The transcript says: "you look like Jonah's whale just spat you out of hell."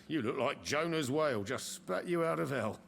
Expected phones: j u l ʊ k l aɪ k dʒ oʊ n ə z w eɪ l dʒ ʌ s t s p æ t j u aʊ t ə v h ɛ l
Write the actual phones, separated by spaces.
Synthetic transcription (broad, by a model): j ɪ l ʊ k l aɪ k dʒ oʊ n ə z w eɪ l dʒ ʌ s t s p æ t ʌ aʊ t ə v ɛ l